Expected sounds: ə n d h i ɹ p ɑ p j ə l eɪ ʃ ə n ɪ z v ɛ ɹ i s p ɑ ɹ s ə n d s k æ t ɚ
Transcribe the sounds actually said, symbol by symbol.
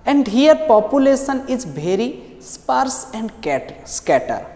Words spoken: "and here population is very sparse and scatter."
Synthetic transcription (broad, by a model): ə n d h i ɹ p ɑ p j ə l eɪ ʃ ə n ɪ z b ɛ ɹ i s p ɑ ɹ s ə n d s k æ t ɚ